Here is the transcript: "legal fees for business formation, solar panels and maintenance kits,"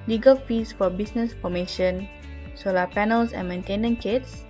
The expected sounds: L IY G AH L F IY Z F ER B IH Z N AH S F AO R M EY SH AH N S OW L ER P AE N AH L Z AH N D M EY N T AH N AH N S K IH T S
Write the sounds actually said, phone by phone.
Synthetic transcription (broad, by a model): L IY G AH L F IY S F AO B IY S N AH S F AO M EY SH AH N S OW L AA P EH N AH L S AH N M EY N T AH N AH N K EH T S